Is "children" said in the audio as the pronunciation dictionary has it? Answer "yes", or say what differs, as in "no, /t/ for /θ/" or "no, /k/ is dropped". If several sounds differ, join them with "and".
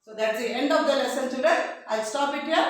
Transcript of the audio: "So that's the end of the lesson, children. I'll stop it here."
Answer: no, /l/ is dropped and /n/ is dropped